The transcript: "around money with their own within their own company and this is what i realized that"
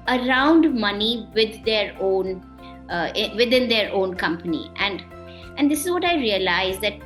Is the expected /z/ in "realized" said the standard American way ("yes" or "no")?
yes